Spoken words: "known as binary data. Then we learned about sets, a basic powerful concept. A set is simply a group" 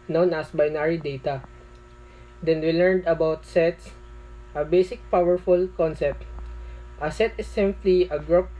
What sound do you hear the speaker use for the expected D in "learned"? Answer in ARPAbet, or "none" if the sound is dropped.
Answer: D